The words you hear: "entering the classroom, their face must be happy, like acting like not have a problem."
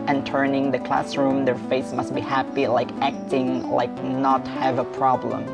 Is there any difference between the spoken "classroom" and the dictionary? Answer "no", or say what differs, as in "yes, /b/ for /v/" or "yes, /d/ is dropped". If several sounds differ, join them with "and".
no